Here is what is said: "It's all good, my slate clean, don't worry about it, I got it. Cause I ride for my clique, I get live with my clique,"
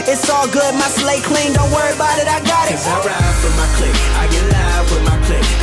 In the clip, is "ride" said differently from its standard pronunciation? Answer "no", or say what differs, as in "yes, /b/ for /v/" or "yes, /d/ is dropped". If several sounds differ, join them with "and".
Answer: yes, /w/ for /ɹ/